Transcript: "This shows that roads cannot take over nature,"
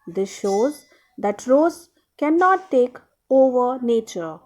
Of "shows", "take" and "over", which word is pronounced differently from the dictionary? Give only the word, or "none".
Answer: none